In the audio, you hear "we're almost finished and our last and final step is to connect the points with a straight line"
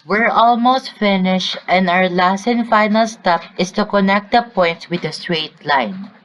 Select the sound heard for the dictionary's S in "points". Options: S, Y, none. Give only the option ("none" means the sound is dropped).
none